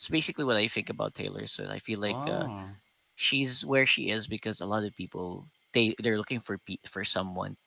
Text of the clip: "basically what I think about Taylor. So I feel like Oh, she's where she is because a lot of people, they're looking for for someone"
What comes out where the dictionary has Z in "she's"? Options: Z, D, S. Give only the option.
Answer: Z